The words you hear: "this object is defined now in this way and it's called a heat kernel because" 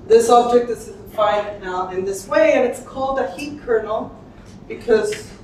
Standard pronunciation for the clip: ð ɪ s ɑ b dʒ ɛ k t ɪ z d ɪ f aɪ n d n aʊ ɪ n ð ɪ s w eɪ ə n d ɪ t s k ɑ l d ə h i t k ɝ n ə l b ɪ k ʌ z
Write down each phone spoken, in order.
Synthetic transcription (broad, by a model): ð ɪ s ɑ b dʒ ɛ k t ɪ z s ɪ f aɪ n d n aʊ ɪ n ð ɪ s w eɪ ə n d ɪ t s k ɑ l d ə h i t k ɝ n l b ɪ k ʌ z